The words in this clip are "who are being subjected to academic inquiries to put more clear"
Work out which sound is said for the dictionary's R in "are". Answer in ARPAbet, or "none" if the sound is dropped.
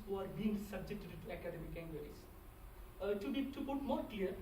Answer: R